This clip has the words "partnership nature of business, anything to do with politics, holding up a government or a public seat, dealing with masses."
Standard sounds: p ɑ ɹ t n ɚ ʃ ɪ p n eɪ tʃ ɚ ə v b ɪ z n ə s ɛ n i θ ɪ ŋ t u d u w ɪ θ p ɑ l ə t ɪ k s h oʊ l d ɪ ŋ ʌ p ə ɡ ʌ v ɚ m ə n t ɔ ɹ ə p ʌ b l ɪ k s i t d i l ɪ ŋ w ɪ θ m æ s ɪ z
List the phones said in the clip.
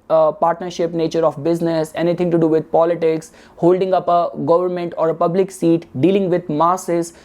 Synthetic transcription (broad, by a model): p ɑ ɹ t n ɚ ʃ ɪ p n eɪ tʃ ɚ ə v b ɪ z n ə s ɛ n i t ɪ ŋ t u d u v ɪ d p ɑ l ə t ɪ k s h oʊ l d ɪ ŋ ʌ p ə ɡ ʌ v ɚ m ə n t ɔ ɹ ə p ʌ b l ɪ k s i t d i l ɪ ŋ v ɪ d m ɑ s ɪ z